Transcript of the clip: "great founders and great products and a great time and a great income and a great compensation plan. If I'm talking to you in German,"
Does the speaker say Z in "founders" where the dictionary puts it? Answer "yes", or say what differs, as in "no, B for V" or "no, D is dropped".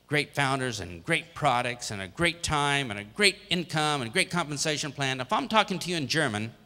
yes